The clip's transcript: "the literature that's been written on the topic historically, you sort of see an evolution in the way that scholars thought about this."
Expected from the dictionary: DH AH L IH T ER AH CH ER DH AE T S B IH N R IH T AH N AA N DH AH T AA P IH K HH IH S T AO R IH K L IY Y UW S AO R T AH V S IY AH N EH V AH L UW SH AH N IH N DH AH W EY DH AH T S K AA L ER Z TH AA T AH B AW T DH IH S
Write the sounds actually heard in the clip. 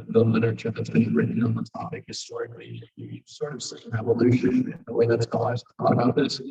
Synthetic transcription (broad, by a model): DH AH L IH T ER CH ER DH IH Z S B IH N R IH T N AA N DH AH T AA P IH K HH IH S T AO R IH K L IY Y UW S AO R T AH V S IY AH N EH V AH L UW SH IH N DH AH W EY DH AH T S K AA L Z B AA AH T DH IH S